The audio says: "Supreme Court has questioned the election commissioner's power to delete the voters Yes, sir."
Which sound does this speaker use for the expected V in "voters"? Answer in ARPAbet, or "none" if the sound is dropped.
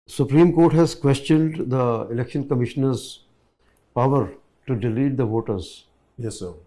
V